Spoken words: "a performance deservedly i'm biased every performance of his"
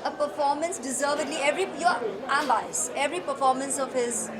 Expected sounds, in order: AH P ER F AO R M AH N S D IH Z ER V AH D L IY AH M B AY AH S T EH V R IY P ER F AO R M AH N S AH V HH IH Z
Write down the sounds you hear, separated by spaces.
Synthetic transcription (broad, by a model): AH P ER F AO R M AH N S D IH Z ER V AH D L IY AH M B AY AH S EH V R IY P ER F AO R M AH N S AH V HH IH Z